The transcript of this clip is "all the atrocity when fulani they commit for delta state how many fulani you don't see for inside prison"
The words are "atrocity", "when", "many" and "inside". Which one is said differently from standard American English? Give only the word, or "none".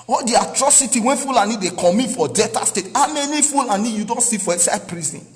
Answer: inside